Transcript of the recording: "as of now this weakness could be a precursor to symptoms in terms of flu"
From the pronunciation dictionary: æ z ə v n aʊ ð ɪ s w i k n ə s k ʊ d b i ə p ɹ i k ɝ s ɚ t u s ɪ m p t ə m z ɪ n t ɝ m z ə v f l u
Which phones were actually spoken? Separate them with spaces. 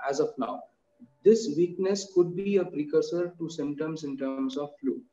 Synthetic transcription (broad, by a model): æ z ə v n aʊ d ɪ s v i k n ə s k ʊ d b i ə p ɹ i k ɝ s ɚ t u s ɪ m t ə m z ɪ n t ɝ m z ə v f l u